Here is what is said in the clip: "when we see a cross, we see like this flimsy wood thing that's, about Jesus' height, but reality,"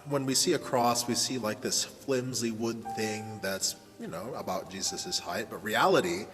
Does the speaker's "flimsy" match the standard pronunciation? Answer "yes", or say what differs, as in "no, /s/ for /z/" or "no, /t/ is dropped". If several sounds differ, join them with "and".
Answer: yes